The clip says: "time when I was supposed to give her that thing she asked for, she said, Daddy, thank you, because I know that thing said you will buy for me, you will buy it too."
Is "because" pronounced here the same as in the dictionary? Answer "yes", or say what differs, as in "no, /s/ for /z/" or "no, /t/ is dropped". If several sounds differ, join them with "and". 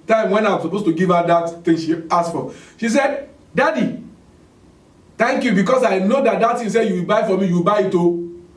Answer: no, /s/ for /z/